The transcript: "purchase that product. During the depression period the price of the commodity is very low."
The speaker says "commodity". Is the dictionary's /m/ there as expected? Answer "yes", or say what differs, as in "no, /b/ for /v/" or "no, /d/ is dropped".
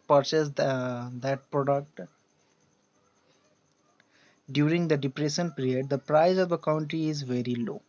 no, /m/ is dropped